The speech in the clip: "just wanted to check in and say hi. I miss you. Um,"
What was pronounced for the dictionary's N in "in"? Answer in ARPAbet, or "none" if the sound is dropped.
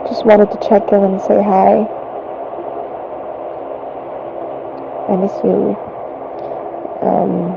L